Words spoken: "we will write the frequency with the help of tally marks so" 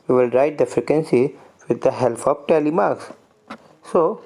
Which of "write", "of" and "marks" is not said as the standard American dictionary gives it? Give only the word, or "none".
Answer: of